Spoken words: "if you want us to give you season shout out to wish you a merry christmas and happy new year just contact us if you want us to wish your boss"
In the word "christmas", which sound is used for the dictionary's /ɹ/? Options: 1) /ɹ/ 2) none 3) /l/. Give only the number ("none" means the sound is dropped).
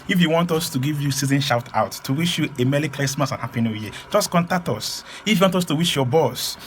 3